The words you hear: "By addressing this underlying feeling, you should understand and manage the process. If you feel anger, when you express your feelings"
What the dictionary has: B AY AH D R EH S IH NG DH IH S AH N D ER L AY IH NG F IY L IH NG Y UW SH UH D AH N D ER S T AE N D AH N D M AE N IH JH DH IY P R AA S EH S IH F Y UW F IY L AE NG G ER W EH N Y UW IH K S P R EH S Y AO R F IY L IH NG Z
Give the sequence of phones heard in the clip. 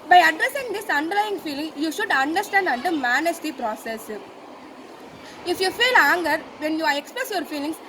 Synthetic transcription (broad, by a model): B AY AH D R EH S IH NG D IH S AH N D ER L AY IH NG F IY L IH NG Y UW SH UH D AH N D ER S T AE N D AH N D M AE N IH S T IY P R AA S EH S IH F Y UW F IY L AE NG G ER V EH N Y UW IH K S P R EH S Y AO R F IY L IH NG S